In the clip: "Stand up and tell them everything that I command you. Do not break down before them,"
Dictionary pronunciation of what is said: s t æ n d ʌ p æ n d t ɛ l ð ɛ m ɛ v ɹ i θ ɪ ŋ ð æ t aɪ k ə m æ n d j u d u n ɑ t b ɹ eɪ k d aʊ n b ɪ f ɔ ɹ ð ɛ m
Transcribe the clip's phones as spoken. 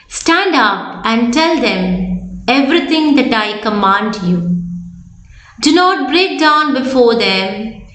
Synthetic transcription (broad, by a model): s t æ n d ʌ p æ n d t ɛ l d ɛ m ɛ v ɹ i t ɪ ŋ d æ t aɪ k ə m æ n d j u d u n ɑ t b ɹ eɪ k d aʊ n b ɪ f ɔ ɹ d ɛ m